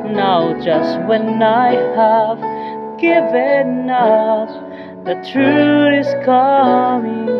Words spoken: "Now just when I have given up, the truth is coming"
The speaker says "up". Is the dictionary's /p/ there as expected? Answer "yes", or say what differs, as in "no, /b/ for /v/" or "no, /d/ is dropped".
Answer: no, /f/ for /p/